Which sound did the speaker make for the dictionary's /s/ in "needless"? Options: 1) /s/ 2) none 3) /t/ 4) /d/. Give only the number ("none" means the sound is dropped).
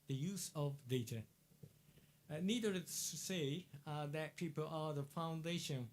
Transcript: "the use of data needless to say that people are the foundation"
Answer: 2